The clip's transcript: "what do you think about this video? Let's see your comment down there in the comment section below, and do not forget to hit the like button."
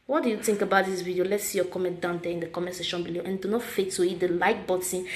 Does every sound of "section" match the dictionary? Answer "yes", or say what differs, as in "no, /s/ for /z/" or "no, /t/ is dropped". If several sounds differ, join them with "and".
no, /k/ is dropped